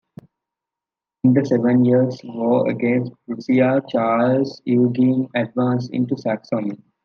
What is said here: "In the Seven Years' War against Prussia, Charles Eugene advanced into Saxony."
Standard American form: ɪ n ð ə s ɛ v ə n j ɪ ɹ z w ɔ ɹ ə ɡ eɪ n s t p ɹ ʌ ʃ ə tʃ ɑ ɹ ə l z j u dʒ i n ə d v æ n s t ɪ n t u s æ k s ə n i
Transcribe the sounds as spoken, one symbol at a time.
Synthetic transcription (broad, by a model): ɪ n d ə s ɛ v ə n j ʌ ɹ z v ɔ ə ɡ eɪ n s t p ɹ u s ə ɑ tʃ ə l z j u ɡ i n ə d v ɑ n s ɪ n t u s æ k s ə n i